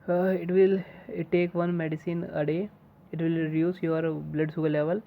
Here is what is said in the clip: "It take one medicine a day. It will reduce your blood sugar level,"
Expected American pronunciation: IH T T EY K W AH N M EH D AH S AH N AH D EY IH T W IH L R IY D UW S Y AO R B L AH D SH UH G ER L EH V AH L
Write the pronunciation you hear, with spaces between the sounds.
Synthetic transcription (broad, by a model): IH T T EY K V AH N M EH D AH S AH N AH D EY IH T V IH L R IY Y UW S Y AO R B L AH D S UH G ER L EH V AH L